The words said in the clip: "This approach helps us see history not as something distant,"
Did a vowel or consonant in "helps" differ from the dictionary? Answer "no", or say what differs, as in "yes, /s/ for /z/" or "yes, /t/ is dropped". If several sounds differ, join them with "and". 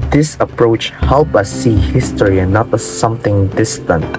yes, /s/ is dropped